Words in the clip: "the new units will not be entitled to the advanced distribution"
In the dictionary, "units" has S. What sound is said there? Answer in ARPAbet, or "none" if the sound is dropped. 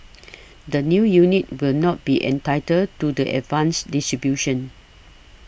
none